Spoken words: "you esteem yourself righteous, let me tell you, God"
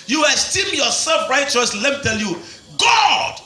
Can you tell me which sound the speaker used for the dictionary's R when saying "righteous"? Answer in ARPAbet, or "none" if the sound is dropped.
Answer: R